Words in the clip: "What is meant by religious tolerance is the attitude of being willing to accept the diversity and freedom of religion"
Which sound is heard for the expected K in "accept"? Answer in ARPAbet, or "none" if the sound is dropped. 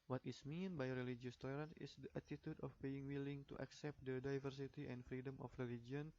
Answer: K